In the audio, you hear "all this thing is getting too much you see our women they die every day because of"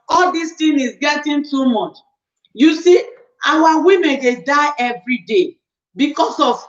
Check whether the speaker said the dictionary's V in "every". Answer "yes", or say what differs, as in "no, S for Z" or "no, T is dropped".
yes